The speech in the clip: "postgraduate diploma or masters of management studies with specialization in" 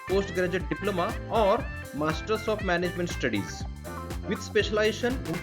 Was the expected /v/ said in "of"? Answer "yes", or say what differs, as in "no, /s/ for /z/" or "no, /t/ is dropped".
no, /p/ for /v/